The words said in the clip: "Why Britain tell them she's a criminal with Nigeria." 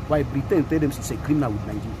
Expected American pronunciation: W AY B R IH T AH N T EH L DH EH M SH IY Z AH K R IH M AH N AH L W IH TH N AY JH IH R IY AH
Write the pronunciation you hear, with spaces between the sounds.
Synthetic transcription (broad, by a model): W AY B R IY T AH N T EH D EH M S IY S AH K R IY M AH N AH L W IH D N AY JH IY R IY